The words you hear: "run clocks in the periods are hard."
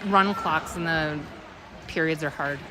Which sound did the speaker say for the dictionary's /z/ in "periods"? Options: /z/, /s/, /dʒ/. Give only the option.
/z/